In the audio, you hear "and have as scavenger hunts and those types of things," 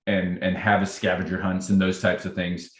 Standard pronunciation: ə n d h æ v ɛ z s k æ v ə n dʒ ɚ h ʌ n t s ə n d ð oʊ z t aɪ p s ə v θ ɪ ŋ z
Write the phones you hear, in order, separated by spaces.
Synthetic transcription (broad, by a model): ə n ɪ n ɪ v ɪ s k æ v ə dʒ ɚ h ʌ n t s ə n ð oʊ z t aɪ p s ə v θ ɪ ŋ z